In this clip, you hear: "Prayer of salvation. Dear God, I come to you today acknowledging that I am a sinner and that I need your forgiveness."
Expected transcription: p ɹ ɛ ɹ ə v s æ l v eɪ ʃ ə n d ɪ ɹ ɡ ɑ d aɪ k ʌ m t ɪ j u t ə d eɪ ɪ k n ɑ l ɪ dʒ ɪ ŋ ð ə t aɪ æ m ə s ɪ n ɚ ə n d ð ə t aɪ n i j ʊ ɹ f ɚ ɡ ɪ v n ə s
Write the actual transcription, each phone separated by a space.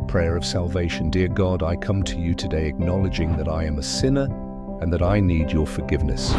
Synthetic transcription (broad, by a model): p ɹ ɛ ɹ ə v s æ l v eɪ ʃ ə n d ɪ ɹ ɡ ɑ d aɪ k ʌ m t ɪ j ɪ t ə d eɪ ɪ k n ɑ l ɪ dʒ ɪ ŋ ð ə t aɪ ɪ m ə s ɪ n ɚ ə n ð ə t aɪ n i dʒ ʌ ɹ f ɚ ɡ ɪ v n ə s